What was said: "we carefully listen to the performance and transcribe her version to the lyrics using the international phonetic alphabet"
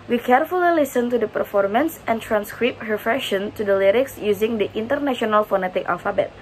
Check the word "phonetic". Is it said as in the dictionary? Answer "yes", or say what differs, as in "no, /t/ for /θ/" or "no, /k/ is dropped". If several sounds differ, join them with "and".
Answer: yes